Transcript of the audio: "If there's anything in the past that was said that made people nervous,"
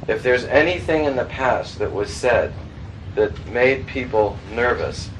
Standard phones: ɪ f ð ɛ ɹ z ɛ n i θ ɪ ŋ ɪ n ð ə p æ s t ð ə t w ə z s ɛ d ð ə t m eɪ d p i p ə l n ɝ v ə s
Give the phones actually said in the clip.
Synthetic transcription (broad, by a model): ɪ f ð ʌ ɹ z ɛ n i θ ɪ ŋ ɪ n ð ə p æ s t ð ə t w ə z s ɛ d ð ə t m eɪ d p i p l n ɝ v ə s